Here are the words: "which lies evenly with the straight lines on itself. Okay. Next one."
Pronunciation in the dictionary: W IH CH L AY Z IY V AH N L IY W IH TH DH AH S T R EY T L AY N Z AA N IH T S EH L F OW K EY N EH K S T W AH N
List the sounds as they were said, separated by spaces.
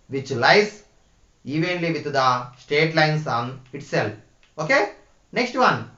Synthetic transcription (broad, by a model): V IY CH L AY S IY V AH N L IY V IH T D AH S T EY T L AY N S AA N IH T S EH L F OW K EY N EH K S T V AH N